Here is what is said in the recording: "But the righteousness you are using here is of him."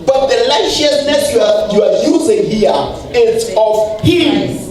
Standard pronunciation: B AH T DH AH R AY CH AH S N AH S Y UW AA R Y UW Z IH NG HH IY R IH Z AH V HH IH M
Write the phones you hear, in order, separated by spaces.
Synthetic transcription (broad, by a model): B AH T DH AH L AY SH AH S N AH S Y UW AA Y Y UW Z IH NG HH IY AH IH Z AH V HH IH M